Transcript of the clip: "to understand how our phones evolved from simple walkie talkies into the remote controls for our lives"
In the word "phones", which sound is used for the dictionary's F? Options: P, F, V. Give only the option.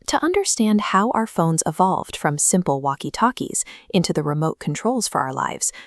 F